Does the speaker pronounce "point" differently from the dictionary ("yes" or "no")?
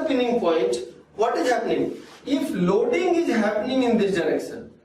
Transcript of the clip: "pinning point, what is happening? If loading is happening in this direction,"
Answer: yes